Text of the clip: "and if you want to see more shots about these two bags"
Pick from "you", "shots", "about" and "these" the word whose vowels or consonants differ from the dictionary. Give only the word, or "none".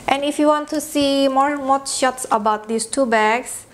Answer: these